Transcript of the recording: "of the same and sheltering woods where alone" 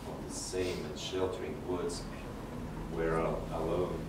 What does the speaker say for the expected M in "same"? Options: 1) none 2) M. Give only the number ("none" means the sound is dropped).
2